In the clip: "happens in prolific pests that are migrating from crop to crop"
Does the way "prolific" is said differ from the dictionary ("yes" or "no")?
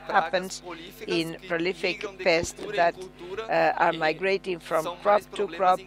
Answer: no